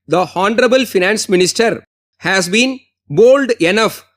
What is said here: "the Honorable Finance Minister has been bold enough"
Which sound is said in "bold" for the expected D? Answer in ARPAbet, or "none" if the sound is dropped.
D